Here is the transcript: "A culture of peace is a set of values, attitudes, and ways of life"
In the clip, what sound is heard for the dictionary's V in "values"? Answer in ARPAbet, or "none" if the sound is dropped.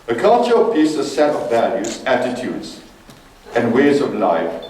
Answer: V